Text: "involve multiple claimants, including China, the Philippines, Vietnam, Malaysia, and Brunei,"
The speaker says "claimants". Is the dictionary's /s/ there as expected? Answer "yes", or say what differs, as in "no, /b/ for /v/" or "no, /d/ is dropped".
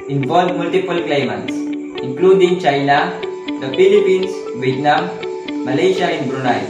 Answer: yes